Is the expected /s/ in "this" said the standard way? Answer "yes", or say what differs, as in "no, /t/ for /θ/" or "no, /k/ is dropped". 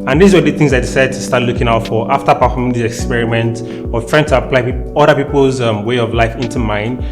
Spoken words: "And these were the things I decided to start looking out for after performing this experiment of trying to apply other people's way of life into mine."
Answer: no, /s/ is dropped